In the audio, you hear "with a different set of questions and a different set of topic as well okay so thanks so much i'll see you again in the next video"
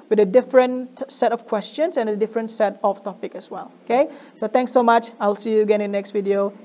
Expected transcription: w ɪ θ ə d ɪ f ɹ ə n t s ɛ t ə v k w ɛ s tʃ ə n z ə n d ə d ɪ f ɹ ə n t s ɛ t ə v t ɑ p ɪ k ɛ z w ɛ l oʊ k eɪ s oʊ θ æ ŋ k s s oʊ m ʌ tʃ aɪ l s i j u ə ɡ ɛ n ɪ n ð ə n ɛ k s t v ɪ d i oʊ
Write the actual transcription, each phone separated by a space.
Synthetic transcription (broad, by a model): w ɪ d ə d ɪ f ɹ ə n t s ɛ t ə f k w ɛ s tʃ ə n s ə n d ə d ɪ f ɹ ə n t s ɛ t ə f t ɑ p ɪ k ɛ s w ɛ l oʊ k eɪ s oʊ t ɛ ŋ k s s oʊ m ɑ tʃ aɪ l s i j u ə ɡ ɛ n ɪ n n ɛ k s t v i d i oʊ